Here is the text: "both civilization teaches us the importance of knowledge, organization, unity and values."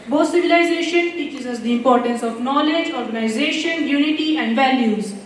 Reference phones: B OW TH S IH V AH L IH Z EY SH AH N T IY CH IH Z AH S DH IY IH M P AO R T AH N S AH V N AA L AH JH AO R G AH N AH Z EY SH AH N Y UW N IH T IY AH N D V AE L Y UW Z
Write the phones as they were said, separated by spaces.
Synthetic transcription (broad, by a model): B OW S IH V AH L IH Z EY SH AH N T IY CH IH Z AH S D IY IH M P AO R T AH N S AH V N AA L AH JH AO R G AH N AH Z EY SH AH N Y UW N IH T IY AH N D V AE L Y UW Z